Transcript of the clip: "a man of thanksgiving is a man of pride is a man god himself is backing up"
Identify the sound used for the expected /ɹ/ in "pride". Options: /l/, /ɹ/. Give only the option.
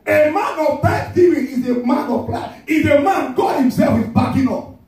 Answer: /l/